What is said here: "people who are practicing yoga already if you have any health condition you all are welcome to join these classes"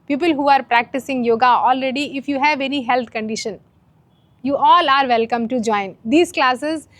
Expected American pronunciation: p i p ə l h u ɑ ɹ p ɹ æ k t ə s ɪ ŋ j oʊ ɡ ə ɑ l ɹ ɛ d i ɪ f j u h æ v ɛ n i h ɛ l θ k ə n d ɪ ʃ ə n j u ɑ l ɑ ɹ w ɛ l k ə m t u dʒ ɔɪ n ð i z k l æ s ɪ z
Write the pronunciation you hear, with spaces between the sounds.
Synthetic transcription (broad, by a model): p i p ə l h u ɑ ɹ p ɹ æ k t ə s ɪ ŋ j oʊ ɡ ə ɑ l ɹ ɛ d i ɪ f j u h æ v ɛ n i h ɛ l t k ə n d ɪ ʃ ə n j u ɑ l ɑ ɹ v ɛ l k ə m t u dʒ ɔɪ n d i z k l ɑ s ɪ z